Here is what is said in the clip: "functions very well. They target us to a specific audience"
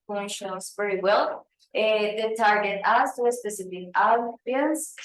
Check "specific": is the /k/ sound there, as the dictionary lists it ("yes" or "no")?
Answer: no